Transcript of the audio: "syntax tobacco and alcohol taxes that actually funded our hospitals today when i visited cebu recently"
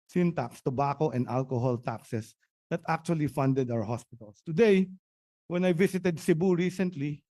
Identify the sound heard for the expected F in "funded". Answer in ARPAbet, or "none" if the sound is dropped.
F